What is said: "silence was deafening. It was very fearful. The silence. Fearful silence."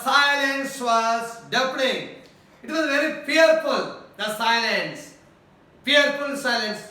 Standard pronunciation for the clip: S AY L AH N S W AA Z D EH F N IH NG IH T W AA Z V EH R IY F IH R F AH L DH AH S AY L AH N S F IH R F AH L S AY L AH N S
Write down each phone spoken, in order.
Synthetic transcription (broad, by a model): S AY L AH N S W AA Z D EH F L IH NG IH T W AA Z V EH R IY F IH R F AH L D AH S AY L AH N S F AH R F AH L S AY L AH N S